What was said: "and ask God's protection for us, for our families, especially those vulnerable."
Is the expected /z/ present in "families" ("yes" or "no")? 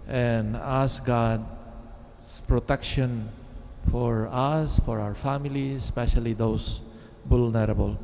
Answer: no